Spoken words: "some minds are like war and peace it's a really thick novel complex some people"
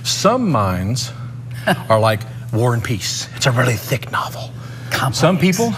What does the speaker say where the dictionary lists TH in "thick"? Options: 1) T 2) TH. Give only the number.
2